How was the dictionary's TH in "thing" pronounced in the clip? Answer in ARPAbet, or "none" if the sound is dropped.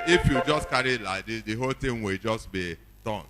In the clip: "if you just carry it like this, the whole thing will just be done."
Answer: T